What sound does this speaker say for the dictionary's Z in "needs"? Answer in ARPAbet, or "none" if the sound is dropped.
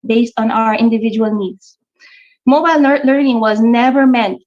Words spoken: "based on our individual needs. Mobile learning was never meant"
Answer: S